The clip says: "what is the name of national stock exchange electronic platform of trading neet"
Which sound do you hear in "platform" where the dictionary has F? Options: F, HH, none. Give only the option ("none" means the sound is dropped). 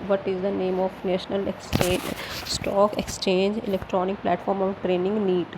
F